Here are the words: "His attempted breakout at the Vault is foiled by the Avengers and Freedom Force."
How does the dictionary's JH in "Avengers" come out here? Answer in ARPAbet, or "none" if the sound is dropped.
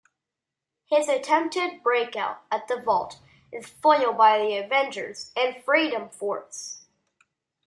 JH